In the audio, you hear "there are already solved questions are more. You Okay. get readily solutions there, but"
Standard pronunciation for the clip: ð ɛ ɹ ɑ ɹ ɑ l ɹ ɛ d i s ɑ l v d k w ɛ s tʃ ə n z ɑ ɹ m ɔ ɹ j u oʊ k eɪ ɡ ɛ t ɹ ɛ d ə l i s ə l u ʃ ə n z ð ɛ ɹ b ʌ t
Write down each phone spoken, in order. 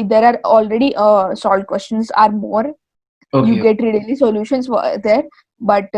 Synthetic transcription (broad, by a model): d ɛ ɹ ɑ ɹ ɑ l ɹ ɛ d i s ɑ l d k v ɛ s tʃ ə n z ɑ ɹ m ɔ ɹ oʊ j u ɡ ɛ t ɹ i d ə l i s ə l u ʃ ə n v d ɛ ɹ b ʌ t